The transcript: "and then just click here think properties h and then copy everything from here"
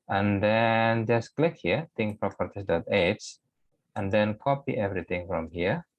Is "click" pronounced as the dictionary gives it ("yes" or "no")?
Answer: yes